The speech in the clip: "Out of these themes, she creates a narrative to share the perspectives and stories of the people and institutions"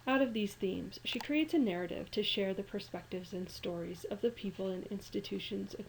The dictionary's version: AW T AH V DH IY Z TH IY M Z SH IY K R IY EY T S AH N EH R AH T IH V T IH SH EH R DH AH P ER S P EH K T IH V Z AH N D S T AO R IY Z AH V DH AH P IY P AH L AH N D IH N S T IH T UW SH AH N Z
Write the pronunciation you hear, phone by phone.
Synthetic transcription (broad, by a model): AW T AH V DH IY Z TH IY M Z SH IY K R IY EY T S AH N EH R AH T IH V T IH SH EH R DH AH P ER S P EH K T IH V Z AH N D S T AO R IY Z AH V DH AH P IY P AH L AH N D IH N S T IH T UW SH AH N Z